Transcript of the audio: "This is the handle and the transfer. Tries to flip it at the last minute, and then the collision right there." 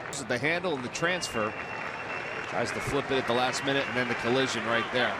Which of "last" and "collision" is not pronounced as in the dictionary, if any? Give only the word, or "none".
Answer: none